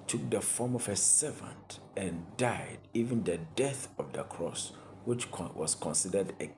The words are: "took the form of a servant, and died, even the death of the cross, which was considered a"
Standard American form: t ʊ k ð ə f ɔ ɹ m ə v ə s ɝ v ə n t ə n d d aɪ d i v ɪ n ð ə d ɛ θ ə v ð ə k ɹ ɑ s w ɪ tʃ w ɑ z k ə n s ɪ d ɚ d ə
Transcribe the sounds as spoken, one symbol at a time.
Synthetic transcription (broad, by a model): t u k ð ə f ɔ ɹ m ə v ə s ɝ v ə n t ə n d d aɪ d i v ɪ n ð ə d ɛ θ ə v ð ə k ɹ ɑ s w ɪ tʃ w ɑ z k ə n s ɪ d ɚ d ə